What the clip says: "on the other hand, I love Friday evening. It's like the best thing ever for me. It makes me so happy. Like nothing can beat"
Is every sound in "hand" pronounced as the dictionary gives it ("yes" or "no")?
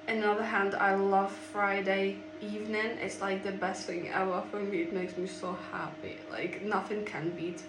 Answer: yes